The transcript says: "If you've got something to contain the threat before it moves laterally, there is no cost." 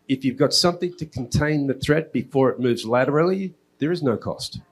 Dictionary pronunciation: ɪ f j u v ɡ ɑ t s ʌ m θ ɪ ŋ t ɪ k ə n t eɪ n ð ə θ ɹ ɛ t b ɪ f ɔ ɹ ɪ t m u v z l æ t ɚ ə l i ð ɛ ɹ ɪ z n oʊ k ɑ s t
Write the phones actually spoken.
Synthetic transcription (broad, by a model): ɪ f j u v ɡ ɑ t s ʌ m θ ɪ ŋ t ɪ k n t eɪ n ð ə θ ɹ ɛ t b ɪ f ɔ ɹ ɪ t m u v z l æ t ɚ l i ð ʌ ɹ ɪ z n oʊ k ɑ s t